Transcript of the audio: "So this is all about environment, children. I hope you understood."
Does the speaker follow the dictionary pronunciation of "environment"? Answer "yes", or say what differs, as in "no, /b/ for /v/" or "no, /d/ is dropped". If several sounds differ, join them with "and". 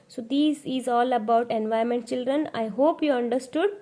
no, /ɹ/ is dropped